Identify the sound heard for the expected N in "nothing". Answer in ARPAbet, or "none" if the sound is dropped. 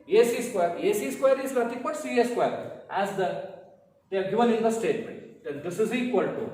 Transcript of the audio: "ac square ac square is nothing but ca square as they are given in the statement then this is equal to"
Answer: L